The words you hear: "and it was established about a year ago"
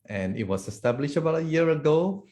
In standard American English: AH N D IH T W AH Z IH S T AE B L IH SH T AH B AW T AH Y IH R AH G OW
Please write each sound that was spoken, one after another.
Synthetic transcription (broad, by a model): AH N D IH T W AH S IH S T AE B L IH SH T AH B AW T AH Y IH R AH G OW